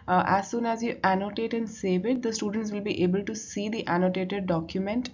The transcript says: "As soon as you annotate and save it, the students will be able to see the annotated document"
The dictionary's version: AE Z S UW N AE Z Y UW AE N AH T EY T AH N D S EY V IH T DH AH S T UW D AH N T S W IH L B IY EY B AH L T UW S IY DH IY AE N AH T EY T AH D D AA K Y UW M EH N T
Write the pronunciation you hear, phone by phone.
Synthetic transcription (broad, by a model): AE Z S UW N AE Z Y UW AE N AH T EY T AH N D S EY V IH T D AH S T UW D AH N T S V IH L B IY EY B AH L T UW S IY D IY AE N AH T EY T AH D D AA K Y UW M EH N T